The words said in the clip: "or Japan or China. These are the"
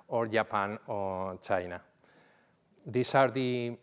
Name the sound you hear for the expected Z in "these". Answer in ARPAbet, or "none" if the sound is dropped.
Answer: S